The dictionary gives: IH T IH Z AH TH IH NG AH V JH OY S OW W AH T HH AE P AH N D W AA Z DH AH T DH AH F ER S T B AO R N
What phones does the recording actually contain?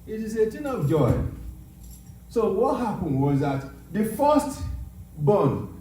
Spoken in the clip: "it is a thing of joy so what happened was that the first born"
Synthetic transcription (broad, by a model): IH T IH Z AH T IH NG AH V JH OY S OW W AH T HH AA P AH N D W AA Z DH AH T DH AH F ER S T B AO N